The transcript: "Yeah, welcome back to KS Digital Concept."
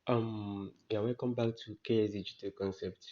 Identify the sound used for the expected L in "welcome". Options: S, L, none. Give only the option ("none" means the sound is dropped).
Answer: none